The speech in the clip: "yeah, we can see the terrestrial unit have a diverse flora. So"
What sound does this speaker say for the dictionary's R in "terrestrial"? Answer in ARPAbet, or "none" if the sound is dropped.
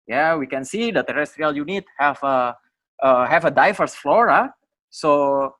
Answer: R